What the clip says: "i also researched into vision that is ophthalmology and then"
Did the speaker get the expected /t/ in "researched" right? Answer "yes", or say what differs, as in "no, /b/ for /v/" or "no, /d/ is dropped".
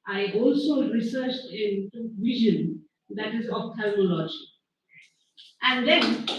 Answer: yes